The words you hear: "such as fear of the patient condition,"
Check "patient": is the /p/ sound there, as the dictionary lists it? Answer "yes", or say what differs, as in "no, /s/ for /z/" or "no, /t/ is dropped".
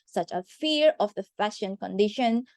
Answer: no, /f/ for /p/